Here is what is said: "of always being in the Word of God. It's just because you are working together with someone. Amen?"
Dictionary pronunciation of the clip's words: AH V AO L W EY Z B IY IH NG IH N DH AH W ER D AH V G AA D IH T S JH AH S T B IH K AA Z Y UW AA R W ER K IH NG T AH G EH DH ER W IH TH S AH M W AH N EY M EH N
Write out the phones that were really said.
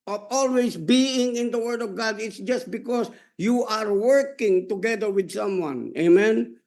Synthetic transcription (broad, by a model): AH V AO L W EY S B IY IH NG IH N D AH W ER D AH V G AA D IH T S JH AH S T B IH K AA S Y UW AA R W ER K IH NG T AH G EH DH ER W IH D S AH M W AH N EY M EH N